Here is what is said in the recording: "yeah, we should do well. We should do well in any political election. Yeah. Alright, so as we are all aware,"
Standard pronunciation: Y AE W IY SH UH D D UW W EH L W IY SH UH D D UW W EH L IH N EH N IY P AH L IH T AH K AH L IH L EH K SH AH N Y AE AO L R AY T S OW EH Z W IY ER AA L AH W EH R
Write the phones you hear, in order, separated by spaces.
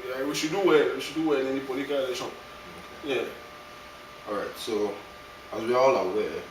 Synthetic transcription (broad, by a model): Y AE W IY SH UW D D UW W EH W IY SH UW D D UW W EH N EH N IY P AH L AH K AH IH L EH SH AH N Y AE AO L R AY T S OW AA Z W IY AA AA L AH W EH